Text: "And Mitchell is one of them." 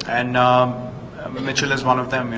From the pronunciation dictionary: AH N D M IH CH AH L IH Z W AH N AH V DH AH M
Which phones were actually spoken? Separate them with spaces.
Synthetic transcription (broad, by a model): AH N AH M IH CH AH L IH Z W AH N AH V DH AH M